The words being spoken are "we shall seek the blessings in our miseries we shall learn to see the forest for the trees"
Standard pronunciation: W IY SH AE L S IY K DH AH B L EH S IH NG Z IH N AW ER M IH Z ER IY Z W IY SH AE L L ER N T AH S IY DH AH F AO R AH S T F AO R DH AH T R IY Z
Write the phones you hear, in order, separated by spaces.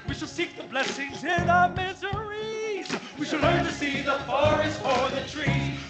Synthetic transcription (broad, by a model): W IY SH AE L S IY K DH AH B L EH S IH NG Z IH N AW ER M IH Z ER IY Z W IY SH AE L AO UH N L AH S IY DH AH F AO R AH S T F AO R DH AH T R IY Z